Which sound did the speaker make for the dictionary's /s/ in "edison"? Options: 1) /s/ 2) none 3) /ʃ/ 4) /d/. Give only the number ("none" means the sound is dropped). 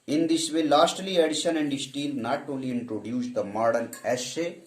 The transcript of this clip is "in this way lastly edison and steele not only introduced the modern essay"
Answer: 3